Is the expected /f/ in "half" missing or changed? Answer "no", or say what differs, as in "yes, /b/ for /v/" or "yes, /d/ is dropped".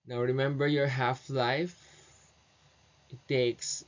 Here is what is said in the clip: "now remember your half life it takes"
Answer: no